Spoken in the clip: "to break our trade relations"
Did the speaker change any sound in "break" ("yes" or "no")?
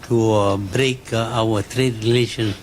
no